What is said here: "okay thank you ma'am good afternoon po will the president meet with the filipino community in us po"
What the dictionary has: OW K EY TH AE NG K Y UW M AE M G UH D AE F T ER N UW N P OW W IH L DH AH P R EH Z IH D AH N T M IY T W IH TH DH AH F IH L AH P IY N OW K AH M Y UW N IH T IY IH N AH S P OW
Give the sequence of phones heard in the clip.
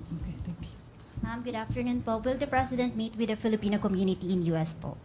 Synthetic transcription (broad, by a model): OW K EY T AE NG K Y UW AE M G UH D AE F T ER N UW N P OW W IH L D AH P R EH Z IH D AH N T M IY T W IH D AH F IH L AH P IY N OW K AH M Y UW N IH T IY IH N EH S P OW